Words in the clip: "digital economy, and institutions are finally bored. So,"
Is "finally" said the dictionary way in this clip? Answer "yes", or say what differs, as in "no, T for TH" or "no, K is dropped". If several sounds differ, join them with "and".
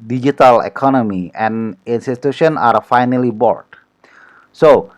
yes